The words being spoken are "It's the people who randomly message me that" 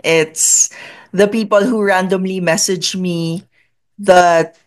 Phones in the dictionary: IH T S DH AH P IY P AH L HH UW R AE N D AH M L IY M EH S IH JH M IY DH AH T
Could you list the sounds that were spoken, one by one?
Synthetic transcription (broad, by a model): IH T S DH AH P IY P AH L HH UW R AE N D AH M L IY M EH S IH JH M IY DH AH T